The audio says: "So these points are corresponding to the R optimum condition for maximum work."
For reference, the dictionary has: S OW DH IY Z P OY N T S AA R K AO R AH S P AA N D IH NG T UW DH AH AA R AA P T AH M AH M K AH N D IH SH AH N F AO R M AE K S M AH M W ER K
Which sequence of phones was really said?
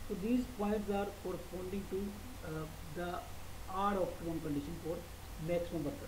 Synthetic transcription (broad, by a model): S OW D IY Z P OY T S AA R K AO R AH S P AA N D IH NG T UW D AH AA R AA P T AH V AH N K AH N D IH SH AH N F AO R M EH K S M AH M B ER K